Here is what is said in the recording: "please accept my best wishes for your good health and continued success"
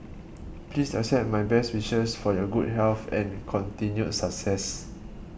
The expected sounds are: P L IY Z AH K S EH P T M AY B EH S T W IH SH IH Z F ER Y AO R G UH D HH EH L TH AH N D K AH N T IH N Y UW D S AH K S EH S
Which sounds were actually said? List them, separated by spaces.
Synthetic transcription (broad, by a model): P L IY S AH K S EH T M AY B EH S T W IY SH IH S F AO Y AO G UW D HH EH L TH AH N K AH N T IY N Y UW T S AH K S EH S